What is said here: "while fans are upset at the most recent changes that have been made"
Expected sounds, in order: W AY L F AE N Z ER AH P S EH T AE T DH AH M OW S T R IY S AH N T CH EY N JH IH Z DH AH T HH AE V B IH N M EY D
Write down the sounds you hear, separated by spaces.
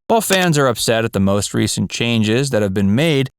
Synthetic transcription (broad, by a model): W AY L F AE N Z ER AH P S EH T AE T DH AH M OW S T R IY S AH N CH EY N JH IH Z DH AH T HH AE V B IH N M EY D